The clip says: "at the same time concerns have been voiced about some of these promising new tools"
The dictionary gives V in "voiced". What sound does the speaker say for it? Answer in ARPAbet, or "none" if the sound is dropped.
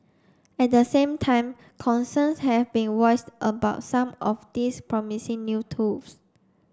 W